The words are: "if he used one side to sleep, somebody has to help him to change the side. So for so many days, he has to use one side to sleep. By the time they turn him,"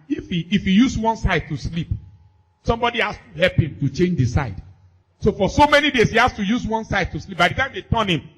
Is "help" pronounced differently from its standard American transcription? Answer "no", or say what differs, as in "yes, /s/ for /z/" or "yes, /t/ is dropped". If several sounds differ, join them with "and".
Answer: no